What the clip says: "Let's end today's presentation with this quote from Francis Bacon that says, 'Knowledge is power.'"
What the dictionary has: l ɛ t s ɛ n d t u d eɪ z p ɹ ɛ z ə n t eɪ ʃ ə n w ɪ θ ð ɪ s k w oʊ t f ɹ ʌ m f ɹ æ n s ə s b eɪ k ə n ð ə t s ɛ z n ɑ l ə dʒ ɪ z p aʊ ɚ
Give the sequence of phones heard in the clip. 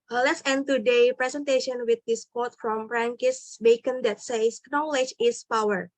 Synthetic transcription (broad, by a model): l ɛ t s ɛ n t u d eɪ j p ɹ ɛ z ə n t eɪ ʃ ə n w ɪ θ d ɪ s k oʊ t f ɹ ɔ m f ɹ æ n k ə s b eɪ k ə n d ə t s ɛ s n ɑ l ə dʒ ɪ s p aʊ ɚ